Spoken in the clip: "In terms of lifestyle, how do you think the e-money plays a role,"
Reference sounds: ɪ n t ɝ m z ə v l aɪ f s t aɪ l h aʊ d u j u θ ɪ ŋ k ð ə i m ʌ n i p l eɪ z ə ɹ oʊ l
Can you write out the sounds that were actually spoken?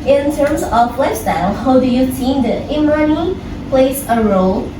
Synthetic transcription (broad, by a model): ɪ n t ɝ m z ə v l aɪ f s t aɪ l h aʊ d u j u s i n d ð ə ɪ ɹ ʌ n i p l eɪ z ə ɹ oʊ l